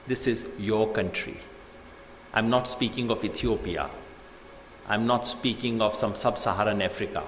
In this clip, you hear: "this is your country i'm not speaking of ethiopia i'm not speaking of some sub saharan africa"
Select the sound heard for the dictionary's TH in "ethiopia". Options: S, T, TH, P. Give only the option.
T